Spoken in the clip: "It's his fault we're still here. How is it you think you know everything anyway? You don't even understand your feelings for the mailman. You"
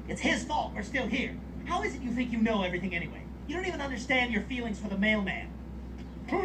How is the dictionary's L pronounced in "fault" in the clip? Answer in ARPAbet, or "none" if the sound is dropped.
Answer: none